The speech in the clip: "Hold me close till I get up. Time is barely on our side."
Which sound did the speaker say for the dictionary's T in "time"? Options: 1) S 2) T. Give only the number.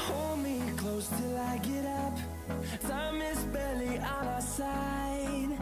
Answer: 1